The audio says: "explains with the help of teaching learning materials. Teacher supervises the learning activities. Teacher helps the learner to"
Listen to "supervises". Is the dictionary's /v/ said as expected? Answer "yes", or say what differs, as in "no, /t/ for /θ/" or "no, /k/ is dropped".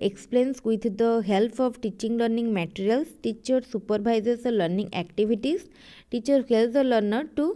no, /b/ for /v/